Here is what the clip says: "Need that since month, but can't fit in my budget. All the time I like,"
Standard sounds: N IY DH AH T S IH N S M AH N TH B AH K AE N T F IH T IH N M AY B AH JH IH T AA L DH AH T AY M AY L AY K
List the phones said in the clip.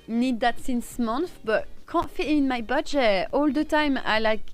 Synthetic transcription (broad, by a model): N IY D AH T S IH N S M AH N F B AH K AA F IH IH N M AY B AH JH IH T AA L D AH T AY M AY L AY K